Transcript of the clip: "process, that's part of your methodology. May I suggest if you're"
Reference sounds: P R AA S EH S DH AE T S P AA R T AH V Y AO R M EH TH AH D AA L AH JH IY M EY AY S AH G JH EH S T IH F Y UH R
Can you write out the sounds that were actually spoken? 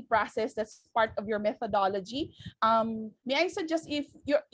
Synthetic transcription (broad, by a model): P R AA S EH S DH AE T S P AA R T AH V Y AO R M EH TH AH D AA L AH JH IY M EY AY S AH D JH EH S T IH F Y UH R